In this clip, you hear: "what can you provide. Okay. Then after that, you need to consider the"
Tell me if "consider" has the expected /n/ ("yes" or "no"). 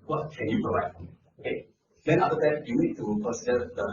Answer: no